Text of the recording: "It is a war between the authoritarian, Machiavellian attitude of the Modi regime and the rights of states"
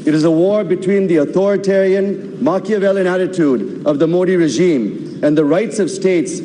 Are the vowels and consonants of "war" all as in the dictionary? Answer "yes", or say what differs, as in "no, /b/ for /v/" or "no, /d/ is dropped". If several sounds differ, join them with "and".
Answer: yes